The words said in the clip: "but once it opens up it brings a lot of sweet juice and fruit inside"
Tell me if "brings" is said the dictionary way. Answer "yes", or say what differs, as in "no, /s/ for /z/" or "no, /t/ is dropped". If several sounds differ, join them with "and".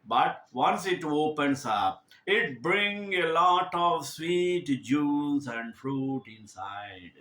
no, /z/ is dropped